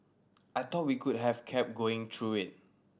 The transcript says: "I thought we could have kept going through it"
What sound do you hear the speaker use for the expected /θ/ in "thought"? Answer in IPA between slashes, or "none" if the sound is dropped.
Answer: /t/